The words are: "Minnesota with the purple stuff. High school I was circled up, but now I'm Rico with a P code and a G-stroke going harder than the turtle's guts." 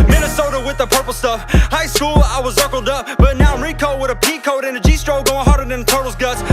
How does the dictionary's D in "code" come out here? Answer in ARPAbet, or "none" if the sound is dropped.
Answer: D